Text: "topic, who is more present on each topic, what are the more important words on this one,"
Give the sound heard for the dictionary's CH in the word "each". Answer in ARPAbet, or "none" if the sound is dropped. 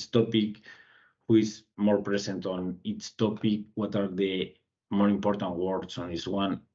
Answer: S